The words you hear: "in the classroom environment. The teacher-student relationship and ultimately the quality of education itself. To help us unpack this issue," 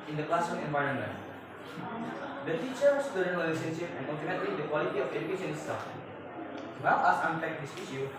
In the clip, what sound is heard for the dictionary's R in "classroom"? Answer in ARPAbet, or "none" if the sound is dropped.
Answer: none